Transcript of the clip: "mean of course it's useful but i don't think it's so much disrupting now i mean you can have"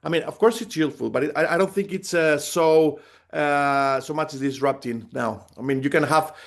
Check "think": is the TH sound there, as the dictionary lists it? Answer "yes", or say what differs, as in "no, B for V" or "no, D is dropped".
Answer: yes